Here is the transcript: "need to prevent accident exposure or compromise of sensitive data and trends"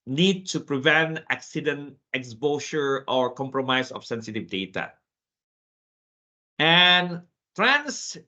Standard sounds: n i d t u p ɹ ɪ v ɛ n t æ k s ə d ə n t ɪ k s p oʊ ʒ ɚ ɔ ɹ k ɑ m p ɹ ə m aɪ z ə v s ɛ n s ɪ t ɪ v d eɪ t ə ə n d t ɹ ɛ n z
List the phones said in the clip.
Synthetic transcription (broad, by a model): n i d t u p ɹ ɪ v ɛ n t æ k s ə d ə n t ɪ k s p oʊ s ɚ ɔ ɹ k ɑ m p ɹ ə m aɪ s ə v s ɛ n s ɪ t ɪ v d eɪ t ə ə n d t ɹ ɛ n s